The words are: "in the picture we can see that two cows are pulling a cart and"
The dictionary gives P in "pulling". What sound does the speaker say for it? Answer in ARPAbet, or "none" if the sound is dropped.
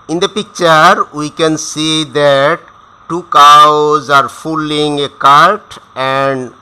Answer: F